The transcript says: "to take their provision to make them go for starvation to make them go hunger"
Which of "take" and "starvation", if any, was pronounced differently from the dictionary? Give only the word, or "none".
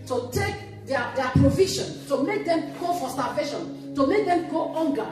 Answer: starvation